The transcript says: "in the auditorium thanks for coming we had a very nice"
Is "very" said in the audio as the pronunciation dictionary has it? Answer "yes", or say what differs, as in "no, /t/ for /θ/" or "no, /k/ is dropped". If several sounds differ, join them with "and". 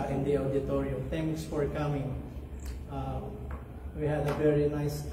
yes